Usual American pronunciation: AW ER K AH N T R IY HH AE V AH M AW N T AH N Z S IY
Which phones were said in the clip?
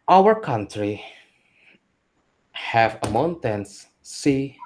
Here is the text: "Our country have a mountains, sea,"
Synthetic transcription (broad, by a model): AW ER K AH N T R IY HH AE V AH M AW N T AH N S S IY